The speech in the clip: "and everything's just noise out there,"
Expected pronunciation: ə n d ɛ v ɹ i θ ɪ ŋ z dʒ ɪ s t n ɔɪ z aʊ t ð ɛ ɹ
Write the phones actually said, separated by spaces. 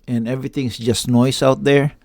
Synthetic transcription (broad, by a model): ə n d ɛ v ɹ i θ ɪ ŋ s dʒ ɪ s t n ɔɪ s aʊ t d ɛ ɹ